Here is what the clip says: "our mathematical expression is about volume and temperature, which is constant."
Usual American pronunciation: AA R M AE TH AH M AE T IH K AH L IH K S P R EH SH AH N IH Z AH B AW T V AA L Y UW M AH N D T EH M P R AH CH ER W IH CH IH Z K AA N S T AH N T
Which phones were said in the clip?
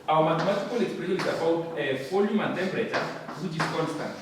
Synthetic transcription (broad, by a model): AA M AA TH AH M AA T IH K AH L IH K S P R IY AH N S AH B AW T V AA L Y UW M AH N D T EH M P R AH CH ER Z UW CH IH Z K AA N S T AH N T